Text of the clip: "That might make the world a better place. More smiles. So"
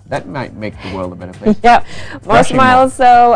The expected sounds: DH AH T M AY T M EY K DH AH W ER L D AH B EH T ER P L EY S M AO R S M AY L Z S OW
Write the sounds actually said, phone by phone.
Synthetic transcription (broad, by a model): DH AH T M AY T M EY K DH AH W ER L D AH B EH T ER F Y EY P M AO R S M AY L Z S OW